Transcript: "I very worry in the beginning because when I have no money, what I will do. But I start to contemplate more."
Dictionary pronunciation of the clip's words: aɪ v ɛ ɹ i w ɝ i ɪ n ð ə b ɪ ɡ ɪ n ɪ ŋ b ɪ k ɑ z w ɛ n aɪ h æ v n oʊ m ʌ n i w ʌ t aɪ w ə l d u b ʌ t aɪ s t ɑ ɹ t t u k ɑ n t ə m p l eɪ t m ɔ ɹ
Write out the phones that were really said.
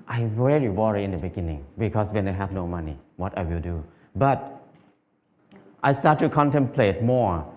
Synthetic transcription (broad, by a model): aɪ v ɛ ɹ i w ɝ i ɪ n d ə b ɪ ɡ ɪ n ɪ ŋ b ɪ k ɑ s w ɛ n aɪ h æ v n oʊ m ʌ n i w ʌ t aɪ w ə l d u b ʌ t aɪ s t ɑ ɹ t t u k ɑ n t ə m p l eɪ t m ɔ ɹ